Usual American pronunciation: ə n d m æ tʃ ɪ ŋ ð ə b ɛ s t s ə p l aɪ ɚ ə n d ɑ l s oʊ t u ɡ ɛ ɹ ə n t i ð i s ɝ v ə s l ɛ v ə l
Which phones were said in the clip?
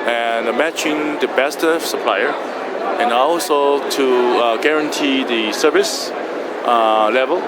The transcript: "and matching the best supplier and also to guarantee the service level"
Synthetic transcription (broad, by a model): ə n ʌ m æ tʃ ɪ ŋ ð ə b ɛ s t s ə p l aɪ ɚ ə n ɑ l s oʊ t u ɡ ɛ ɹ ə n t i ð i s ɝ v ə s l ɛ v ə l